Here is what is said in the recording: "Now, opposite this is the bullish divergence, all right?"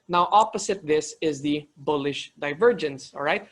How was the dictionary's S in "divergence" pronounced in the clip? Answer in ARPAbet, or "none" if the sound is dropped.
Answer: S